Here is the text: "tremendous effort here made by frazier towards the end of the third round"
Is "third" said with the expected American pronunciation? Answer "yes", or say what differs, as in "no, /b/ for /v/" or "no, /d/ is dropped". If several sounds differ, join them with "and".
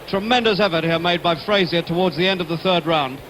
yes